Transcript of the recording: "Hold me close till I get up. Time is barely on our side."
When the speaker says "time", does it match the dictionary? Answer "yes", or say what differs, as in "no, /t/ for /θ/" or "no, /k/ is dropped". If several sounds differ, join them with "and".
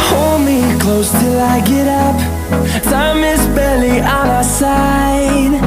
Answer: no, /s/ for /t/